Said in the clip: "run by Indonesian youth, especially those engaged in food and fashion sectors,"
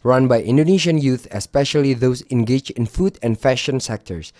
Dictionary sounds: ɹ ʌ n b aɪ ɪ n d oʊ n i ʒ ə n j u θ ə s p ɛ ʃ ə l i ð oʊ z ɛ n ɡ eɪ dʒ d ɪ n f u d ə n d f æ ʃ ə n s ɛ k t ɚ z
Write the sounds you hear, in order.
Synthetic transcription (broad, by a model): ɹ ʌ n b aɪ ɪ n d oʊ n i ʃ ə n j u θ ə s p ɛ ʃ ə l i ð oʊ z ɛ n ɡ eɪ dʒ ɪ n f u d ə n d f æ ʃ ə n s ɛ k t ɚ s